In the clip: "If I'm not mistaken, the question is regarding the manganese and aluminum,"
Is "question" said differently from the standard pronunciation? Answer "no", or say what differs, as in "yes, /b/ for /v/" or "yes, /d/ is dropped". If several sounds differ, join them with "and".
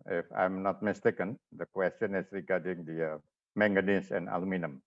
no